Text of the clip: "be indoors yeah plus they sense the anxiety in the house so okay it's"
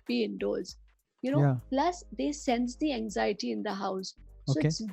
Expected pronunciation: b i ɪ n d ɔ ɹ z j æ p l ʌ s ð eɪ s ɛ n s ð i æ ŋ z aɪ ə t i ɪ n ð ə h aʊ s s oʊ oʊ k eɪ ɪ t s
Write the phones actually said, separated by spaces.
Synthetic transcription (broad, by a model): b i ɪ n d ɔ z j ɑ p l ʌ s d eɪ s ɛ n s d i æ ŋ z aɪ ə t i ɪ n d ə h aʊ s s oʊ oʊ ɪ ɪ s